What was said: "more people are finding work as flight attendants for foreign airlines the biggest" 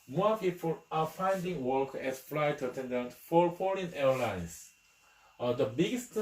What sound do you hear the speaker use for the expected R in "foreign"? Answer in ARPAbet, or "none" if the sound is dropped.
L